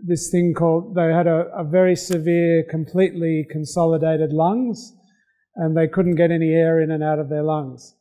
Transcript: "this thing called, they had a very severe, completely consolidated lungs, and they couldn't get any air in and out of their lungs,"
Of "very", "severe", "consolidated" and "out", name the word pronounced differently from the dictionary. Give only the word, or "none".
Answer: none